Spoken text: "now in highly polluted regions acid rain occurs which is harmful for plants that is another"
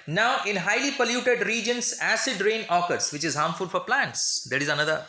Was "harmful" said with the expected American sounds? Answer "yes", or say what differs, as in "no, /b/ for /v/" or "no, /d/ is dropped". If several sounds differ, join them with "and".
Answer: yes